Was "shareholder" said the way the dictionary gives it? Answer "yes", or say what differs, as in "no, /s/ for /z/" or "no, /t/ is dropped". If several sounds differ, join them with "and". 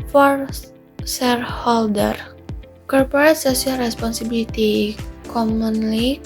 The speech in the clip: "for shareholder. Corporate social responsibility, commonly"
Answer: no, /s/ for /ʃ/